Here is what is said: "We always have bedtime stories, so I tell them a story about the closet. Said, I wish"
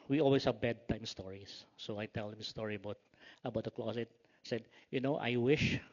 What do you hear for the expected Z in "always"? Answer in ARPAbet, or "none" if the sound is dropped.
S